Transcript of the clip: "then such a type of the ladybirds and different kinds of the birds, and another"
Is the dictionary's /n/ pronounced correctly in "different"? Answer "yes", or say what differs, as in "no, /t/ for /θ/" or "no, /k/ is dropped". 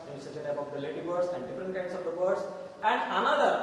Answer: no, /n/ is dropped